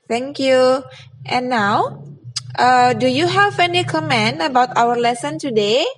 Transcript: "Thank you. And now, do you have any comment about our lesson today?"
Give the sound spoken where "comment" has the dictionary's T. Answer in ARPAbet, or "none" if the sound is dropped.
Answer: none